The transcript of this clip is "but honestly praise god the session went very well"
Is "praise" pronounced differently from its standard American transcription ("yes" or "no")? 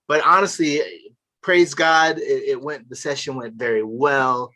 no